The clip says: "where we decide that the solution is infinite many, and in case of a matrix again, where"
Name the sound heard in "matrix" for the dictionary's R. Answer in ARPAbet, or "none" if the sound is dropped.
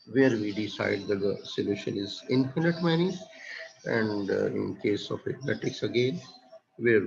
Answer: none